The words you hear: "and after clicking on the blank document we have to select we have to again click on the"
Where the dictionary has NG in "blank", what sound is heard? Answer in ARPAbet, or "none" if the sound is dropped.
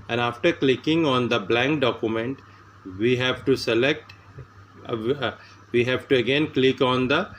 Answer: NG